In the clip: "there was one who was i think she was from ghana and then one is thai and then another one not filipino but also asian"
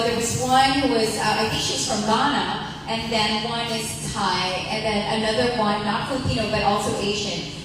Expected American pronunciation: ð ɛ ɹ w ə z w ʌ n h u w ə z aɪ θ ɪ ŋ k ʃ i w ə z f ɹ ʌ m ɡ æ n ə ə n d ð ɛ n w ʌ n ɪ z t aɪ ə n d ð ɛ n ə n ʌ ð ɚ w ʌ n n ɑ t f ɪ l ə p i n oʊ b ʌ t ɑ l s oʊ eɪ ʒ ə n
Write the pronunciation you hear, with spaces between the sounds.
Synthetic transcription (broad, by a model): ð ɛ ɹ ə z w ʌ n h u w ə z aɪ f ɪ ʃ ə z f ɹ ʌ m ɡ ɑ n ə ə n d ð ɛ n w ʌ n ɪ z t aɪ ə n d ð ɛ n ə n ʌ ð ɚ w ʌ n n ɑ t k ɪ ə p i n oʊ b ʌ t ɑ l s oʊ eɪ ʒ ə n